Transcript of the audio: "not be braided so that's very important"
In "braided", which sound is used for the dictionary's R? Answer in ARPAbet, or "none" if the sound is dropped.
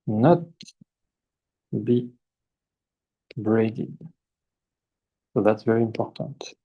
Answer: R